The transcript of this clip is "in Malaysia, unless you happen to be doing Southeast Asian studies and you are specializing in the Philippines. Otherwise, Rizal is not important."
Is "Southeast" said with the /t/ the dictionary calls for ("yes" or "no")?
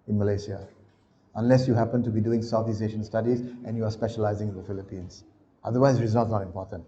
no